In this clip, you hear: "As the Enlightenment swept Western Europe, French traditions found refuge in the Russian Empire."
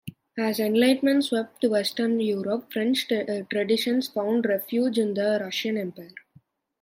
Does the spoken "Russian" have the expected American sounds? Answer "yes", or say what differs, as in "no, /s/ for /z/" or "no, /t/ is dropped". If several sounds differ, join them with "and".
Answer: yes